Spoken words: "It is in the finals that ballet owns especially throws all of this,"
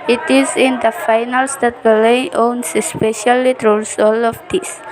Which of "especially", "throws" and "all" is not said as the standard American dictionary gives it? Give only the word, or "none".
throws